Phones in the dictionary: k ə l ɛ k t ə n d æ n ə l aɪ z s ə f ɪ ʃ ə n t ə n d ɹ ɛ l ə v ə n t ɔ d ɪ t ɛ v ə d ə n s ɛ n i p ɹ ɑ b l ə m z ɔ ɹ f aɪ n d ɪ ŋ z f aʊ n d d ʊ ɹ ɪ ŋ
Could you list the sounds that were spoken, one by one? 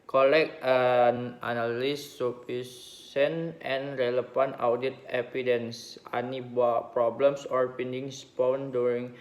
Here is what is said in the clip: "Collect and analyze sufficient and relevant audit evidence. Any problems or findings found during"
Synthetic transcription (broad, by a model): k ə l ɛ k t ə n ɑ n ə l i s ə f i s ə n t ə n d ɹ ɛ l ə f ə n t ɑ d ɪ t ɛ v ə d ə n s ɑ n i p ɹ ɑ b l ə m s ɔ ɹ p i n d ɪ ŋ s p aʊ n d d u ɹ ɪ ŋ